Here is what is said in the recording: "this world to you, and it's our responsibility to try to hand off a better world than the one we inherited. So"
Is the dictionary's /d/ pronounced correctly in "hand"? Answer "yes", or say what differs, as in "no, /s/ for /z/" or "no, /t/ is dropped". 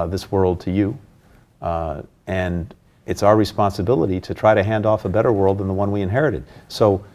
yes